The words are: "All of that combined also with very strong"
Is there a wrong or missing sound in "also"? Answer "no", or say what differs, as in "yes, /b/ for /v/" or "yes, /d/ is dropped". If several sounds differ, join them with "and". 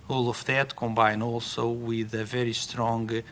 no